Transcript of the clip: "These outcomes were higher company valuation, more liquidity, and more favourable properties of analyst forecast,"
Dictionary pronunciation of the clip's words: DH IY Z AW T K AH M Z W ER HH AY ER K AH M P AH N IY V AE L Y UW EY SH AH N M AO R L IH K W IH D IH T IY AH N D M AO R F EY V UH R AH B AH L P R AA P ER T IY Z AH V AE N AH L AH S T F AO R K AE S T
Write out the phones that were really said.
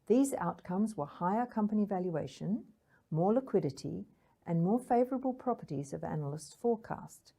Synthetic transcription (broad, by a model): DH IY Z AW T K AH M Z W ER HH AY ER K AH M P AH N IY V AE L Y UW EY SH AH N M AO R L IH K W IH D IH T IY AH N M AO R F EY V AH R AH B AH L P R AA P ER T IY Z AH V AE N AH L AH S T F AO R K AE S T